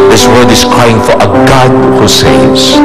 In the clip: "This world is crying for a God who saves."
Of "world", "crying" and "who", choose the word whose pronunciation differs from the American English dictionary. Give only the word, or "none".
world